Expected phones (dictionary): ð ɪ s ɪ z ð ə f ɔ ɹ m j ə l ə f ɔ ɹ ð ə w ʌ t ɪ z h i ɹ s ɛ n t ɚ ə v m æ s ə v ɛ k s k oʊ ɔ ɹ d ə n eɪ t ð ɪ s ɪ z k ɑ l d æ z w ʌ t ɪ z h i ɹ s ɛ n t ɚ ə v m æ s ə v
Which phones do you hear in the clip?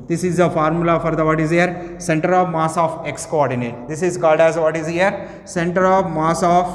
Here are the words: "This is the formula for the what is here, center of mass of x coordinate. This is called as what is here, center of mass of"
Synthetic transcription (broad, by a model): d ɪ s ɪ z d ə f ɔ ɹ m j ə l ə f ɔ ɹ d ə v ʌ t ɪ z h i ɹ s ɛ n t ɚ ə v m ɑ s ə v ɛ k s k oʊ ɔ ɹ d ə n eɪ t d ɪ s ɪ z k ɑ l d æ z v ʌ t ɪ z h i ɹ s ɛ n t ɚ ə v m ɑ s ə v